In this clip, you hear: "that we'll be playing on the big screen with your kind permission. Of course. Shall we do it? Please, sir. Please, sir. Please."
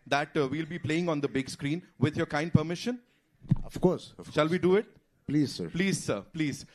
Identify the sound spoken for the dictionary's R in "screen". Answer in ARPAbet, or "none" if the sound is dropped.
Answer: R